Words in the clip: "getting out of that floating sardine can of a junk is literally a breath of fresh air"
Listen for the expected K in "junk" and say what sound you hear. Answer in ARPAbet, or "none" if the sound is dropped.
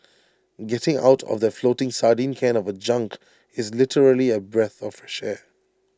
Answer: K